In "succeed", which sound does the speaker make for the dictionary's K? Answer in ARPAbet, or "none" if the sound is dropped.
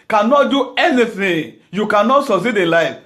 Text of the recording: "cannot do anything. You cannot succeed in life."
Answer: none